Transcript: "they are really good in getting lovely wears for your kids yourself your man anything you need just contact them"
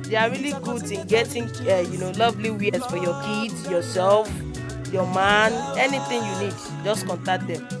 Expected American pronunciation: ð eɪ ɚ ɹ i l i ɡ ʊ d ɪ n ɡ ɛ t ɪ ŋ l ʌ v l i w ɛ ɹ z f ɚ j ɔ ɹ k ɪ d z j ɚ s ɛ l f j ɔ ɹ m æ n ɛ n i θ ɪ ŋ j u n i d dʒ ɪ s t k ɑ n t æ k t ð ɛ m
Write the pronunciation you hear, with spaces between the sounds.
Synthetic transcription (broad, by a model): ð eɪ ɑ ɹ i l i ɡ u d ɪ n ɡ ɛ t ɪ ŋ l ʌ v l i w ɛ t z f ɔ j ɔ k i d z j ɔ s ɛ l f j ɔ m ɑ n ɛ n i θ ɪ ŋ j u n i d dʒ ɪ s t k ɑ n t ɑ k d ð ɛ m